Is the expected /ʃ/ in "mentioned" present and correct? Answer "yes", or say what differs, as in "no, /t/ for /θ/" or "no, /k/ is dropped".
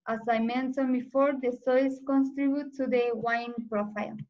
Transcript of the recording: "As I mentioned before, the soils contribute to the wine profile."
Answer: no, /s/ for /ʃ/